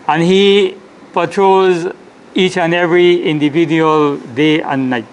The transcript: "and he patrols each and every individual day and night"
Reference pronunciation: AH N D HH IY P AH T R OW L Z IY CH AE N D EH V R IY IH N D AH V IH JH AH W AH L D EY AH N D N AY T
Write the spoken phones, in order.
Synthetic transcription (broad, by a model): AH N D HH IY P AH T R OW Z IY CH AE N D EH V R IY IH N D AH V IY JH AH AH L D EY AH N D N AY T